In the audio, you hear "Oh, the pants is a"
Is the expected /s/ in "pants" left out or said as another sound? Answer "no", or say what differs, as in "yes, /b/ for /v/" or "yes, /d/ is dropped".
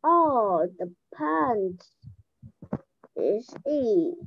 yes, /s/ is dropped